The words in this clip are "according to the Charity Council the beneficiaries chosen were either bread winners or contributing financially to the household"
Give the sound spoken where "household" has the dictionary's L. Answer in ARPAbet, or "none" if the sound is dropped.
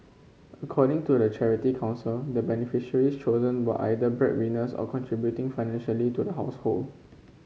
L